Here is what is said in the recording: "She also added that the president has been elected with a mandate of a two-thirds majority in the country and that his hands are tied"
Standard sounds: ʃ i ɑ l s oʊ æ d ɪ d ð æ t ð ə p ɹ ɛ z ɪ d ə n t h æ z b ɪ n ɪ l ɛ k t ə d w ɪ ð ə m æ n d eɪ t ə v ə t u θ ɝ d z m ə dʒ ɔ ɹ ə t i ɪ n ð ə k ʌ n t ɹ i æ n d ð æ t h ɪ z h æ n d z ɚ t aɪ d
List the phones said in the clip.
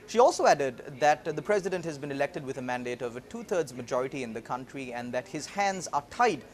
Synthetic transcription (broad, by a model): ʃ i ɑ l s oʊ æ d ɪ d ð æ t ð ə p ɹ ɛ z ɪ d ə n t h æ z b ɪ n ɪ l ɛ k t ə d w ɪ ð ə m æ n d eɪ t ə v ə t u t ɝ d z m ə dʒ ɔ ɹ ə t i ɪ n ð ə k ʌ n t ɹ i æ n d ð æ t h ɪ z h æ n d z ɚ t aɪ d